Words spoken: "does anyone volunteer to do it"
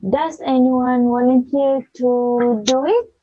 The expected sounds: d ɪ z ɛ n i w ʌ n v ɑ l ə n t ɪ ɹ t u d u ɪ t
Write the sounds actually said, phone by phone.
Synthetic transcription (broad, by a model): d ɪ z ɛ n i w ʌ n w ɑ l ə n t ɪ t u d u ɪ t